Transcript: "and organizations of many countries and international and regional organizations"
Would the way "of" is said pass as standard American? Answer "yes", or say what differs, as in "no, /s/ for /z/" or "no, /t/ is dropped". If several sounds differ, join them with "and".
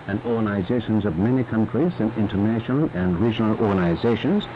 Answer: yes